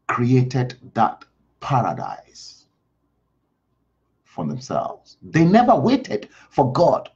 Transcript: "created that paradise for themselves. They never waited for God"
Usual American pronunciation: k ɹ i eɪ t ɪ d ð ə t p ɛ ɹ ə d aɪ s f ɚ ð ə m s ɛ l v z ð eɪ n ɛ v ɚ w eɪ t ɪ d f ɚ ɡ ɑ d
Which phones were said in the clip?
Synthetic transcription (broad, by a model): k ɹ i eɪ t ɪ d ð ə t p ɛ ɹ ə d aɪ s f ɚ ð ə m s ɛ l v z ð eɪ n ɛ v ɚ w eɪ t ɪ d f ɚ ɡ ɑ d